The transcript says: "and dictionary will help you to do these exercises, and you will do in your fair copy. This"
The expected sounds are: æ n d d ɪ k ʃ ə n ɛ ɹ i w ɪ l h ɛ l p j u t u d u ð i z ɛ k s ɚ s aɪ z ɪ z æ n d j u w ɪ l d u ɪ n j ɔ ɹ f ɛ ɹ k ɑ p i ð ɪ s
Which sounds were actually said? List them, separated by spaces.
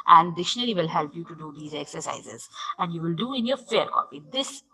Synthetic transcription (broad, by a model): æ n d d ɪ ʃ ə n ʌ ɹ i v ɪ l h ɛ l p j u t u d u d i z ɛ k s ɚ s aɪ z ɪ z æ n d j u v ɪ l d u ɪ n j ɔ ɹ f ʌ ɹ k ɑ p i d ɪ s